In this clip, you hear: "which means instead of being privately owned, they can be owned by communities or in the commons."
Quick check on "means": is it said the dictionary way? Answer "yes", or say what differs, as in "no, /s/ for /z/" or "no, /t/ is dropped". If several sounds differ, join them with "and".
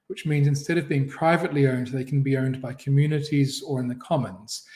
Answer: yes